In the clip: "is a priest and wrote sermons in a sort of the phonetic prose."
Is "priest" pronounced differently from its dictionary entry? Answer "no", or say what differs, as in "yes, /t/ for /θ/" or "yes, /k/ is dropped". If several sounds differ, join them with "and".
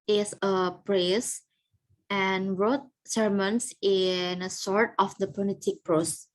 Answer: yes, /t/ is dropped